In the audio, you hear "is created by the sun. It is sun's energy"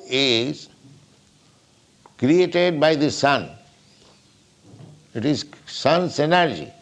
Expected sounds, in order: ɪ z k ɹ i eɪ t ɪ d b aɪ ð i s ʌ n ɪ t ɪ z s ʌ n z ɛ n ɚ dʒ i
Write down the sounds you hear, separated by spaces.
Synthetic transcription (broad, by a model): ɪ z k ɹ i eɪ t ɪ d b aɪ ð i s ʌ n ɪ t ɪ z s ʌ n s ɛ n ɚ dʒ i